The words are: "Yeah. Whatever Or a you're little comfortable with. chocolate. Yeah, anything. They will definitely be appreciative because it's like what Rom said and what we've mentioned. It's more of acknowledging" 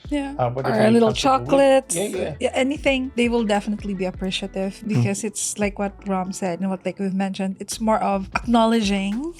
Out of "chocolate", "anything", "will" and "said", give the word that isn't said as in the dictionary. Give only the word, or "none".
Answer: none